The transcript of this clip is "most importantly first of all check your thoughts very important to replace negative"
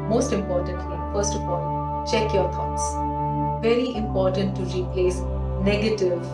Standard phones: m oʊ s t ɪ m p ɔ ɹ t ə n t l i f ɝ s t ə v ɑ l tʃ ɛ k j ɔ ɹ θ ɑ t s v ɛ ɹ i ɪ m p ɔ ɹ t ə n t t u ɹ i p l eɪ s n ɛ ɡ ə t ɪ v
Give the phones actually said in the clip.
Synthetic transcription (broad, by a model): m oʊ s t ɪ m p ɔ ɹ t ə n t l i f ɝ s t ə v ɑ l tʃ ɛ k j ɔ ɹ t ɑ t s v ɛ ɹ i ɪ m p ɔ ɹ t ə n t t u ɹ i p l eɪ s n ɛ ɡ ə t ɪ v